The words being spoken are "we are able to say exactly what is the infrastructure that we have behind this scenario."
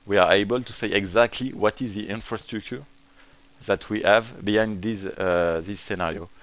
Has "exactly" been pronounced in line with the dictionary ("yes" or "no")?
yes